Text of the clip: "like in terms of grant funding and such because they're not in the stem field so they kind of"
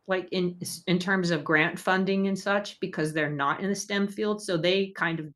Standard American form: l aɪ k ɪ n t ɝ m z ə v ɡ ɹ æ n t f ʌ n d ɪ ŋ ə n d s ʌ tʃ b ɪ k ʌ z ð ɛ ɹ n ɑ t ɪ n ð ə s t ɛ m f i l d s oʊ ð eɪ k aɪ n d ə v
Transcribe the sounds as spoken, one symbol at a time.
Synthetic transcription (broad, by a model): l aɪ k ɪ n t ɝ m z ə v ɡ ɹ æ n t f ʌ n d ɪ ŋ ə n s ʌ tʃ b ɪ k ʌ z ð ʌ ɹ n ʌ t ɪ n ð ə s t ɛ m f i l d s oʊ ð eɪ k aɪ n d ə v